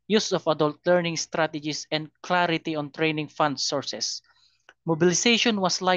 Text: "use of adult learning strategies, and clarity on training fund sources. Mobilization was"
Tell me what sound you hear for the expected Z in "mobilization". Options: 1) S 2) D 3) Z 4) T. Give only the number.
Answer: 1